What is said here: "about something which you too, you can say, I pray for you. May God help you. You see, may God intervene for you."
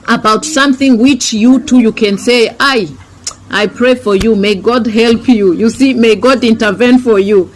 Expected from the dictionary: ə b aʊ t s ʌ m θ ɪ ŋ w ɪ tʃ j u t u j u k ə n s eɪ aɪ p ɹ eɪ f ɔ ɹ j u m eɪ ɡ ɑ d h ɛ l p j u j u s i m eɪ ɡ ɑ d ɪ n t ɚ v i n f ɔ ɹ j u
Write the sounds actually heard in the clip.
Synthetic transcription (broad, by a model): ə b aʊ t s ʌ m θ ɪ ŋ w ɪ tʃ j u t u j u k ə n s eɪ aɪ p ɹ eɪ f ɔ ɹ j u m eɪ ɡ ɑ d h ɛ l p j u j u s i m eɪ ɡ ɑ d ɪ n t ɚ v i n f ɔ ɹ j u